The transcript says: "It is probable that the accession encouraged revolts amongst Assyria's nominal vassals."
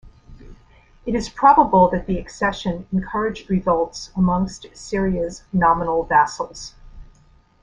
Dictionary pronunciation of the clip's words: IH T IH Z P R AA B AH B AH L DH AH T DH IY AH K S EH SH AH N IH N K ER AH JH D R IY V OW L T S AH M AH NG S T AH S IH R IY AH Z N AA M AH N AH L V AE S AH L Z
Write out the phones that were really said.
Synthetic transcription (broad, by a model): IH T IH Z P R AA B AH B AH L DH AH T DH IY AH K S EH SH AH N IH N K ER AH JH D R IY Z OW L T S AH M AH NG S T S IH R IY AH S N AA M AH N L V AE S L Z